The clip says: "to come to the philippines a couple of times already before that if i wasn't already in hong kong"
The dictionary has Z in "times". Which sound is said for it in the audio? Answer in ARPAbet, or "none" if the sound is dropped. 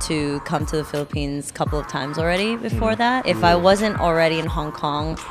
Z